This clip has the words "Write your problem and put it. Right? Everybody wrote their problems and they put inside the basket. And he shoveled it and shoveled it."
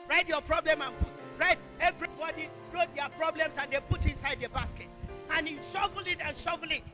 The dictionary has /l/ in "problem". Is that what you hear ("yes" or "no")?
yes